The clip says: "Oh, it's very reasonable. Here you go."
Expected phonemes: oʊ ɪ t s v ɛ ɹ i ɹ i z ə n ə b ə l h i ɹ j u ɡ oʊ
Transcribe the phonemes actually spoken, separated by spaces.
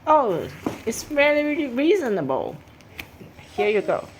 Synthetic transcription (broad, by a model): oʊ ɪ t s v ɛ l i ɹ i z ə n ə b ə l h i ɹ j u ɡ oʊ